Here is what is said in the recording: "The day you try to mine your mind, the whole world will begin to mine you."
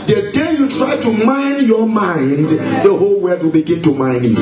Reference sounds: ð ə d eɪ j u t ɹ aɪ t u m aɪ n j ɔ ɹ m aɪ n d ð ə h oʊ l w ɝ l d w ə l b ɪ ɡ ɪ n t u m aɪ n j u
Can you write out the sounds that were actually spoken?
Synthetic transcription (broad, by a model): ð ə d eɪ j u t ɹ aɪ t u m aɪ n j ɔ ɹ m aɪ n d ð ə h oʊ l w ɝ d w ə l b ɪ ɡ ɪ n t u m aɪ n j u